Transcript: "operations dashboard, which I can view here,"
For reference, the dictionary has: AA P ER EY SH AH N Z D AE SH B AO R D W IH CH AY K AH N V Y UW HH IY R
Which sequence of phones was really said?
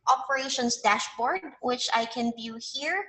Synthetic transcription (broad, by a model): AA P ER EY SH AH N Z D AE SH B AO R D W IH CH AY K AH N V Y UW HH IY R